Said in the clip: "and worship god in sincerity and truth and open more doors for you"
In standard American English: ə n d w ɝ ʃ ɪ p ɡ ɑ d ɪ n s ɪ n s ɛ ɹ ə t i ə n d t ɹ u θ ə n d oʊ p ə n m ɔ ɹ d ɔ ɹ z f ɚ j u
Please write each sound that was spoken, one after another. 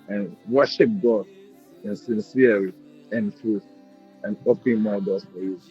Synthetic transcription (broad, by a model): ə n w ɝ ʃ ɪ p ɡ ɑ d ɪ n s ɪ n s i ə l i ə n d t ɹ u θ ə n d oʊ p ə n m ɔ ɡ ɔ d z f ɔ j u